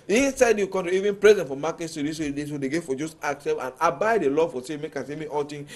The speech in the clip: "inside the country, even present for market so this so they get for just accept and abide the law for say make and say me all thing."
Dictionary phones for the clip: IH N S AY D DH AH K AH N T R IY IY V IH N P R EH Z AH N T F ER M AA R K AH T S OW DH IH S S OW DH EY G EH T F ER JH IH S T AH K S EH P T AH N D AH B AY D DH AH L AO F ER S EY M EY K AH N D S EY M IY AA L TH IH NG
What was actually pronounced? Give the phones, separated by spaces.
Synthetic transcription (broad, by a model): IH N S AY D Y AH K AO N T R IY IY V IH N P R EH Z AH N T F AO M AA K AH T S OW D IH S S OW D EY G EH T F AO JH IH S T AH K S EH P AH N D AH B AY D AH L AO F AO S EY M EY K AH S EY M IY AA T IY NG